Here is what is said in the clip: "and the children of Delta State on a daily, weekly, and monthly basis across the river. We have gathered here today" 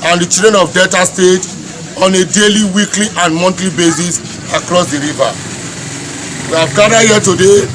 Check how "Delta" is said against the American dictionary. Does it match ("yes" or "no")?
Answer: no